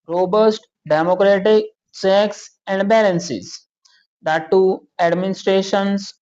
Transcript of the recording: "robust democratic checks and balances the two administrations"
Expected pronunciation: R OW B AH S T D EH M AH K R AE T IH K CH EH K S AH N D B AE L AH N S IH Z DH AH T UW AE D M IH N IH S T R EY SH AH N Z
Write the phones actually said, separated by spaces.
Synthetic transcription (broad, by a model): R OW B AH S T D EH M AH K R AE T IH K S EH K S AH N D B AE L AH N S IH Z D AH T UW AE D M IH N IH S T R EY SH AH N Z